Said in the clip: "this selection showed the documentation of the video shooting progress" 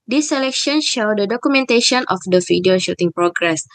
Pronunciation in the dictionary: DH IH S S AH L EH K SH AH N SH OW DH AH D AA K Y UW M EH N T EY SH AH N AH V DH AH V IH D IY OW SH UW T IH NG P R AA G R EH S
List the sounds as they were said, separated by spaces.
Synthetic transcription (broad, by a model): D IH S S AH L EH K SH AH N SH OW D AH D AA K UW M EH N T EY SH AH N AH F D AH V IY D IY OW SH UW T IH NG P R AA G R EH S